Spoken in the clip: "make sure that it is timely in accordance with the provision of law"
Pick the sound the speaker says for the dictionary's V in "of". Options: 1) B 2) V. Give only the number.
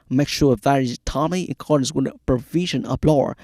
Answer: 1